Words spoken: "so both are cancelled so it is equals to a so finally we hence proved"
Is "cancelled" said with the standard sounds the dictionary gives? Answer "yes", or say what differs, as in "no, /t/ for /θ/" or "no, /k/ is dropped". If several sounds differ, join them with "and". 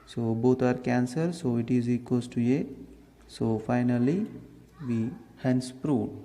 no, /l/ is dropped